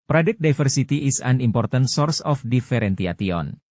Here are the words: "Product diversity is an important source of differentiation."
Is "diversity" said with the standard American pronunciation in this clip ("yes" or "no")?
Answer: no